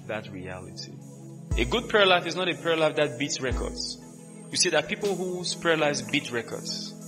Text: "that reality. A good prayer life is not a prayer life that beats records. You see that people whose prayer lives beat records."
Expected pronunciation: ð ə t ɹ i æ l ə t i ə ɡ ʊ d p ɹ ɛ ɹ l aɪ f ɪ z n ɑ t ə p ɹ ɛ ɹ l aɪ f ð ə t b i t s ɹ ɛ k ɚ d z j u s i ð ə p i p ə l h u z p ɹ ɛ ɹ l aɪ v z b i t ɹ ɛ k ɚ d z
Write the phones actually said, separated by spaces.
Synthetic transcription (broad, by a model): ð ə t ɹ i æ l ə t i ə ɡ ʊ d p ɛ ɹ l aɪ f ɪ z n ɑ t ə p ɛ ɹ l aɪ f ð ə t b i t s ɹ ɛ k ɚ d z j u s i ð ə p i p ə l h u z p ɛ ɹ l aɪ z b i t ɹ ɛ k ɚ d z